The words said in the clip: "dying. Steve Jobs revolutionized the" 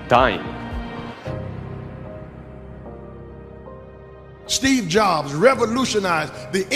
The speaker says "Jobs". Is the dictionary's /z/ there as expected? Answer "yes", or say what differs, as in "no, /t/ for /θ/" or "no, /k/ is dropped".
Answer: yes